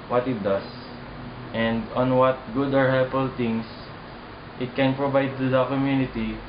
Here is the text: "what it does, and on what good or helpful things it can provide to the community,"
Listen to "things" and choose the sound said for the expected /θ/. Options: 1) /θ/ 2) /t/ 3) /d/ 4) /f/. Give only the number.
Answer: 2